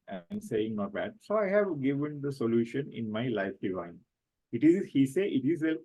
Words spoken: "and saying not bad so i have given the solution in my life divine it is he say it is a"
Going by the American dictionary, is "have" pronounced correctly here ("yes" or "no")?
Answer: yes